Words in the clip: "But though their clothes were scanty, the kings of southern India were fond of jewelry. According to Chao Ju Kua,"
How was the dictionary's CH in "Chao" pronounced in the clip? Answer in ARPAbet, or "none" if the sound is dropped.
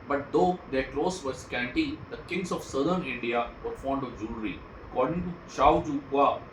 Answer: SH